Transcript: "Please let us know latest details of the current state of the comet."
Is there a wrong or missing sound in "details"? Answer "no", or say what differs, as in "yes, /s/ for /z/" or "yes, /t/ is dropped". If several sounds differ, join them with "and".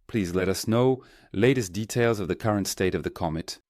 no